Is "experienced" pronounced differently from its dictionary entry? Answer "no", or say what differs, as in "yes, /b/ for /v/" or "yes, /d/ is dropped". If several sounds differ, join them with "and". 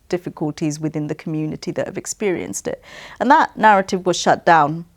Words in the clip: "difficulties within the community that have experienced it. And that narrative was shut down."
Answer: no